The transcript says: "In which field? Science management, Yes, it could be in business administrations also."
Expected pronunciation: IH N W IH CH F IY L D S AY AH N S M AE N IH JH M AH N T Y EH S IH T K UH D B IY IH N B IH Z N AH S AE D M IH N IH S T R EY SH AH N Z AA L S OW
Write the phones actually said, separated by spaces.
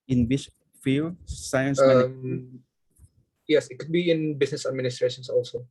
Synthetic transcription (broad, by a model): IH N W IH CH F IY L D S AY AH N S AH IH M Y EH S IH T K UH D B IY IH N B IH S N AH S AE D M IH N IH S T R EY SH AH N S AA L S OW